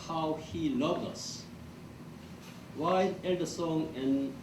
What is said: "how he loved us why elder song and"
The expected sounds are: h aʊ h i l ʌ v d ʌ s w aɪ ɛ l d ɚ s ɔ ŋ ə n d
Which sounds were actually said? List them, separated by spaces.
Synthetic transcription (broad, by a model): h aʊ h i l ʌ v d ʌ s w aɪ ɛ d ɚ s ɔ ŋ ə n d